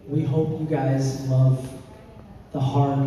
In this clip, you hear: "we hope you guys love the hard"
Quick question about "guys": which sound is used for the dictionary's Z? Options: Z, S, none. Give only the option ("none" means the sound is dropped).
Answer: Z